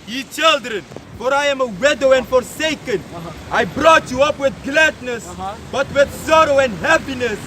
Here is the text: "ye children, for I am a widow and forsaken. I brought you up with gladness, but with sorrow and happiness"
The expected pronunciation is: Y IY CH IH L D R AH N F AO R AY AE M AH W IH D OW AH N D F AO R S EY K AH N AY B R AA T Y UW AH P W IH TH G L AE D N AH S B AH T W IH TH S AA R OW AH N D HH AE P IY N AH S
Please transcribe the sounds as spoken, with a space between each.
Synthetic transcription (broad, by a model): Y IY CH IH L D R AH N F AO R AY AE M AH W IH D OW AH N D F AO R S EY K AH N AY B R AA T Y UW AH P W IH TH G L AE D N AH S B AH T W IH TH S AA R OW AH N D HH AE P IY N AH S